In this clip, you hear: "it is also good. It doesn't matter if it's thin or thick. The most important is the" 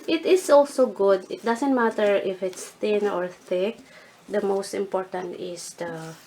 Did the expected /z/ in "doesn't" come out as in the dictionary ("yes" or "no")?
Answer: no